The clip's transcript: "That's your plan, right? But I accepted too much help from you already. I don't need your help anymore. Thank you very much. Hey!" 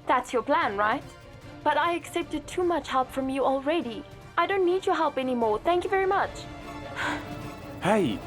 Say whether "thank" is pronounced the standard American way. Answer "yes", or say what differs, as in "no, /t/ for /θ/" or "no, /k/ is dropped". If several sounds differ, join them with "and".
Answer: yes